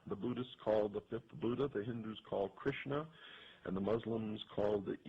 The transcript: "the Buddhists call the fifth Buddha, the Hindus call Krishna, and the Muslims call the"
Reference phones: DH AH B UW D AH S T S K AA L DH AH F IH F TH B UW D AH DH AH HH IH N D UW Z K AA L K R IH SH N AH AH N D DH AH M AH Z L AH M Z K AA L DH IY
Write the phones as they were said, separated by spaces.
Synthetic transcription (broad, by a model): DH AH B UW D AH S T S K AA L DH AH F IH F TH B UW D AH DH AH HH IH N D UW Z K AA L K R IH SH N AH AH N DH AH M AH Z L AH M Z K AA L DH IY